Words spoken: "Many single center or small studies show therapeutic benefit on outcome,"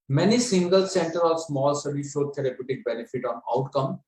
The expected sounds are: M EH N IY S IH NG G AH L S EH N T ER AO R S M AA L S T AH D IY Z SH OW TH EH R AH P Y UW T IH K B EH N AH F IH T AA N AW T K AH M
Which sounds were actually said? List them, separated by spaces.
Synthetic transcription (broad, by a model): M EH N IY S IH NG G AH L S EH N T ER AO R S M AA L S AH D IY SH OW T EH R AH P Y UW T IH K B EH N AH F IH T AA N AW T K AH M